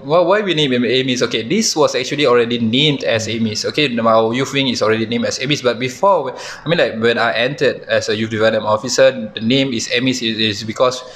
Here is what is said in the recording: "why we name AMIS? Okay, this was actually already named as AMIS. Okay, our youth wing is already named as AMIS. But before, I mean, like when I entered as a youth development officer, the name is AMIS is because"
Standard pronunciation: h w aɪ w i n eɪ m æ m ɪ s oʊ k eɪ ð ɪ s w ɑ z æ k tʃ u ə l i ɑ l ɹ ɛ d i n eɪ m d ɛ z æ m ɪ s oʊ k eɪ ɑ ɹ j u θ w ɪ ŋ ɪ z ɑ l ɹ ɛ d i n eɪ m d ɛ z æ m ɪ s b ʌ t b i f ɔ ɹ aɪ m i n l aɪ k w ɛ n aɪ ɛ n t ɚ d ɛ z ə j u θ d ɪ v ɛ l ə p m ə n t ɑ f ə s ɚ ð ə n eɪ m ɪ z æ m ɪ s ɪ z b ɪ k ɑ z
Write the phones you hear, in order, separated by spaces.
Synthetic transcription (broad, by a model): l w aɪ w i n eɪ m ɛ m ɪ s oʊ k eɪ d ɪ s w ɑ s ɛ k tʃ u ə l i ɑ l ɹ ɛ d i n eɪ m d ɛ s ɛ m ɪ s oʊ k eɪ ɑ j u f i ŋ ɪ s ɑ l ɹ ɛ d i n eɪ m d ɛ s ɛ m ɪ s b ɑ t b i f ɔ w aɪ m i n l aɪ k w ɛ n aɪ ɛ n t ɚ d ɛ s ə j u f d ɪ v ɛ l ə m ɑ f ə s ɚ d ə n eɪ m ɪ s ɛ m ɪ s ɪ s b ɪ k ɑ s